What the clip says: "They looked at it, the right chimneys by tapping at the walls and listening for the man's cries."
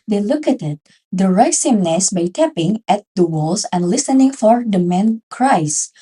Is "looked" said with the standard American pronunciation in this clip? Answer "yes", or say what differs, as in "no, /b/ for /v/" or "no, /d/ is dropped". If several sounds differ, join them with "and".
no, /t/ is dropped